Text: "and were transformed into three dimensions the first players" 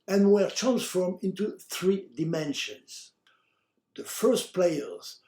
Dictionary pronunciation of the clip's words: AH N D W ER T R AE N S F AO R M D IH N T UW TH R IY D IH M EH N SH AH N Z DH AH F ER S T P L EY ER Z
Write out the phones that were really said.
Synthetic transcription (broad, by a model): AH N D W ER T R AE N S F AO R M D IH N T UW TH R IY D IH M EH N SH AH N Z DH AH F ER S T P L EY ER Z